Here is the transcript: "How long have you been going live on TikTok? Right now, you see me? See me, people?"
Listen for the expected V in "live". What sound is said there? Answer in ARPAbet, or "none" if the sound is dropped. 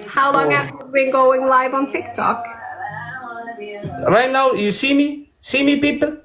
V